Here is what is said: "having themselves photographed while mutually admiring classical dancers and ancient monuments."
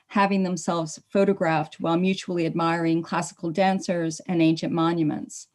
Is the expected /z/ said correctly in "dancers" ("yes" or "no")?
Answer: yes